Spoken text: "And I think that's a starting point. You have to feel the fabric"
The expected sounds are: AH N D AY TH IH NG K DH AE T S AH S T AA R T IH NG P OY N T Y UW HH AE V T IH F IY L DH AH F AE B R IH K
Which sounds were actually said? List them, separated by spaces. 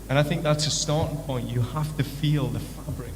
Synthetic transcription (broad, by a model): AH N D AY TH IH NG K DH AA T S AH S T AA R T IH NG P OY N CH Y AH HH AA F T IH F IY L DH AH F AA B R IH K